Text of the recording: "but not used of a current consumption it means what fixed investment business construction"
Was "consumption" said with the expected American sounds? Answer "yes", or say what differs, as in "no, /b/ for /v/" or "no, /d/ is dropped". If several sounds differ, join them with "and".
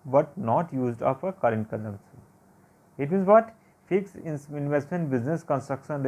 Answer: no, /s/ is dropped